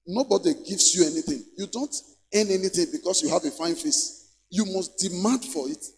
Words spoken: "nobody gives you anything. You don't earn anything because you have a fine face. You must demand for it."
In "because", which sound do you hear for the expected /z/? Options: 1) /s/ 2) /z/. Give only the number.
1